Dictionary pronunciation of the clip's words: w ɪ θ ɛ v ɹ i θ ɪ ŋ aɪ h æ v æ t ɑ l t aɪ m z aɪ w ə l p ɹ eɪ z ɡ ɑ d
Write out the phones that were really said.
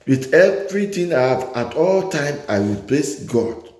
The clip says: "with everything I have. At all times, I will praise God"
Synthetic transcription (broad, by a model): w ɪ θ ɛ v ɹ i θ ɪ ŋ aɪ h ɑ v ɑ t ɑ l t aɪ m aɪ w ə l p l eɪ s ɡ ɑ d